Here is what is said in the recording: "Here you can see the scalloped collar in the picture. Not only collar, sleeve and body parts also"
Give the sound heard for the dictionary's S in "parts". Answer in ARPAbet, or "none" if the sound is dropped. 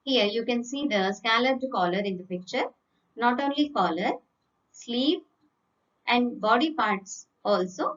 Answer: S